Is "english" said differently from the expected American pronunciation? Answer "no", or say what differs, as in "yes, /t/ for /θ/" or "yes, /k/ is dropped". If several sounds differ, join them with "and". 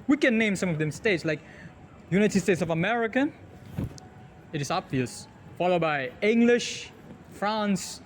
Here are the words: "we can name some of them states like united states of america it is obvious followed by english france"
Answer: no